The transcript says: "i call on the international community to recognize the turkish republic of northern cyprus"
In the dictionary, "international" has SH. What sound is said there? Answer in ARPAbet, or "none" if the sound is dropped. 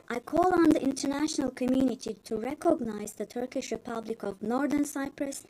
SH